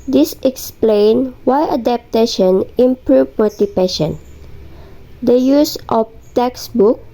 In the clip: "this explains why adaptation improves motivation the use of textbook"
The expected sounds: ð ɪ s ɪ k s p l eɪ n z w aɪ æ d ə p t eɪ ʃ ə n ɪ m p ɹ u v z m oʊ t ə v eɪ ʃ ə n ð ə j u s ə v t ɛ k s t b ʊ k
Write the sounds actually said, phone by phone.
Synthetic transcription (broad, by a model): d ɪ s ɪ k s p l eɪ n w aɪ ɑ d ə p t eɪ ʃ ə n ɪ m p ɹ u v m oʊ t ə p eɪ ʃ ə n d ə j u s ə f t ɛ k s b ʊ k